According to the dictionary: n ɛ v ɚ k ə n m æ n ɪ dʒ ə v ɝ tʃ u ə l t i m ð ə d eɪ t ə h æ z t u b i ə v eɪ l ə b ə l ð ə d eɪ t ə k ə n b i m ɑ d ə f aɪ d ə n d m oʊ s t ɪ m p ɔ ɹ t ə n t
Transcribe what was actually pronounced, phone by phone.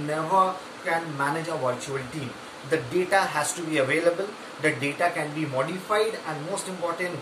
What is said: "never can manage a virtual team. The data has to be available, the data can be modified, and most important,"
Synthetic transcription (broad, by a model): n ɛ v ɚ k ə n m æ n ɪ dʒ ə v ɝ tʃ u ə l t i m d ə d eɪ t ə h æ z t u b i ə v eɪ l ə b ə l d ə d eɪ t ə k ə n b i m ɑ d ə f aɪ d ə n d m oʊ s t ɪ m p ɔ ɹ t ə n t